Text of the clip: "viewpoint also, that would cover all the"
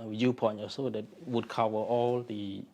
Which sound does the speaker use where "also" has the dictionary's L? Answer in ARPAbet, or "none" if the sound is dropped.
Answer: none